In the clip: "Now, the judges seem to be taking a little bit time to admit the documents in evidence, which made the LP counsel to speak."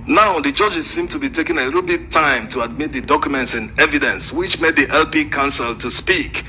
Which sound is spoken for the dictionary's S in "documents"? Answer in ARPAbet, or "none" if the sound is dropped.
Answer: S